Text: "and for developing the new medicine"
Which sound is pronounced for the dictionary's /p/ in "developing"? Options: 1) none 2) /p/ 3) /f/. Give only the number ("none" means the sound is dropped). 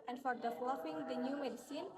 3